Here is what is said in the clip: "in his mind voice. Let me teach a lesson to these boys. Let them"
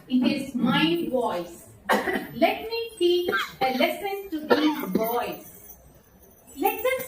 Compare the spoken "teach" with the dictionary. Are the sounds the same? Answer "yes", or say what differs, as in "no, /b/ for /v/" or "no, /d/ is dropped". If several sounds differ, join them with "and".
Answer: no, /tʃ/ is dropped